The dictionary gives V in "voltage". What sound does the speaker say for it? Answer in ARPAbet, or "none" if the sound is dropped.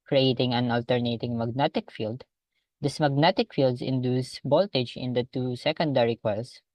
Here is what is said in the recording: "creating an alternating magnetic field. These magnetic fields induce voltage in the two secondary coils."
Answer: B